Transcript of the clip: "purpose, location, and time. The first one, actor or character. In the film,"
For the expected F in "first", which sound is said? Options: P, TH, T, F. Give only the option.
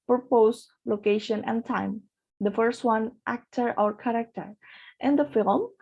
F